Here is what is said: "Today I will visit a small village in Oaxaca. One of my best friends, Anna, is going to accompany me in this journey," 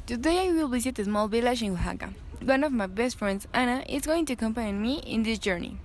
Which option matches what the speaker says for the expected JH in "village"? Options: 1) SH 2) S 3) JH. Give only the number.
1